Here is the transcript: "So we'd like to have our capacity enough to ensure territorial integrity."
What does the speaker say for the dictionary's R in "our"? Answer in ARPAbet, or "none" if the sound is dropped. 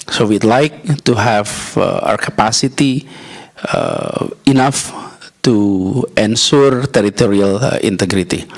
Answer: W